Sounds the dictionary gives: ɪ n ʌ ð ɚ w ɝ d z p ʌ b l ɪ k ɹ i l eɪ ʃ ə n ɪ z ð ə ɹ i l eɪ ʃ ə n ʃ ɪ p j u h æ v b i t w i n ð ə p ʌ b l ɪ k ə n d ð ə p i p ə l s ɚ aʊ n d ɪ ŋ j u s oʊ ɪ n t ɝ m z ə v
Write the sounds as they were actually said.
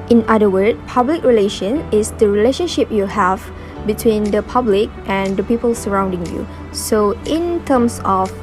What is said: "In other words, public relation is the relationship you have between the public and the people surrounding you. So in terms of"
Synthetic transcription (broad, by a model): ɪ n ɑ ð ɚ w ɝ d p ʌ b l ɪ k ɹ i l eɪ ʃ ə n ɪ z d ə ɹ i l eɪ ʃ ə n ʃ ɪ p j u h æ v b i t w i n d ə p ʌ b l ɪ k ə n d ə p i p ə l s ɚ aʊ n d ɪ ŋ j u s oʊ ɪ n t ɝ m s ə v